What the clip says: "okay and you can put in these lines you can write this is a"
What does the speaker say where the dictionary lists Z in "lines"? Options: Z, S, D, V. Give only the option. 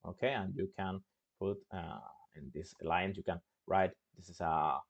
S